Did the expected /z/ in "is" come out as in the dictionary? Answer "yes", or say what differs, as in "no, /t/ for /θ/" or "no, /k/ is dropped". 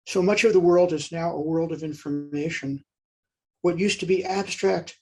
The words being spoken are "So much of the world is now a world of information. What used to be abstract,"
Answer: yes